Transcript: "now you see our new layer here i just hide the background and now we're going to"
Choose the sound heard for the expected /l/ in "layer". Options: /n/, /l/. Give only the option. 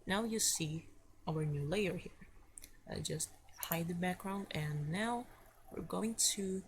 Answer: /l/